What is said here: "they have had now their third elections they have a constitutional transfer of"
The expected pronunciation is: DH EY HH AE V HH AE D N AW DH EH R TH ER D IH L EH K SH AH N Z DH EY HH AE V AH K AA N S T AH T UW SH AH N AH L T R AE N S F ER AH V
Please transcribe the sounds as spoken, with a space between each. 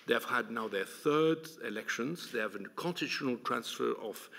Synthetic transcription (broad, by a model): DH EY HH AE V HH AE D N AW DH EH R TH ER D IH L EH K SH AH N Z DH EY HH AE V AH K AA N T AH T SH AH N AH L T R AE N S F ER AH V